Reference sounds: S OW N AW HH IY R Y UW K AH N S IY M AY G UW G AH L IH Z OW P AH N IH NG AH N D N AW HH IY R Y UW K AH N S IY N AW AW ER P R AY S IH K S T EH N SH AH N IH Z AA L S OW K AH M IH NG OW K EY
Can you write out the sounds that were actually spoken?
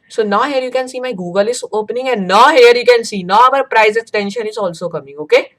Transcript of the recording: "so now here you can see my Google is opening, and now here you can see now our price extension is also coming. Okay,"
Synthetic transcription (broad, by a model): S OW N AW HH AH R Y UW K AH N S IY M AY G UW G AH L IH S OW P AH N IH NG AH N N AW HH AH R Y UW K AH N S IY N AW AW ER P R AY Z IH S T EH N SH AH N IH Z AA L S OW K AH M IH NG OW K EY